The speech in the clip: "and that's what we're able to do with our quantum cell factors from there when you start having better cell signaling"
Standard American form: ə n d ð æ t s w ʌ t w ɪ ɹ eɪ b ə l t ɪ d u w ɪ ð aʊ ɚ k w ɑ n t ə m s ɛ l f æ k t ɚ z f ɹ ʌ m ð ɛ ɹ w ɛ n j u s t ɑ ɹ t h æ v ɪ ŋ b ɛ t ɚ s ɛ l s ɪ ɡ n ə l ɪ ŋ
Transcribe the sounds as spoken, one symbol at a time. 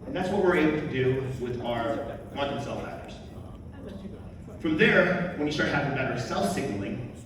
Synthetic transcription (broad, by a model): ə n ð æ t s w ʌ t w ɪ ɹ eɪ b l t ɪ d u w ɪ ð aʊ ɚ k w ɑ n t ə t s ɛ l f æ t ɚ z f ɹ ʌ m ð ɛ ɹ w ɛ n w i s t ɑ ɹ t h æ v ɪ ŋ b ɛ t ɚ s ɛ l s ɪ ɡ n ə l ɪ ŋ